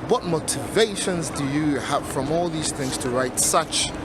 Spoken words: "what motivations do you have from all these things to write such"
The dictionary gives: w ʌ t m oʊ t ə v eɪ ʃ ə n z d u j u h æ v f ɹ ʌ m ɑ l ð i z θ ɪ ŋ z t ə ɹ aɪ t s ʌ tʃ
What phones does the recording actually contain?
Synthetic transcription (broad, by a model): w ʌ t m oʊ t ə v eɪ ʃ ə n z d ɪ j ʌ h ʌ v f ɹ ʌ m ɑ l ð i z θ ɪ ŋ z t ə ɹ aɪ t s ʌ tʃ